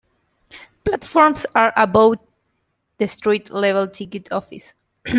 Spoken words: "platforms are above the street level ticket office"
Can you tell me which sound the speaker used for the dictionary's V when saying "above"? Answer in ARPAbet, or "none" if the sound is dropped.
W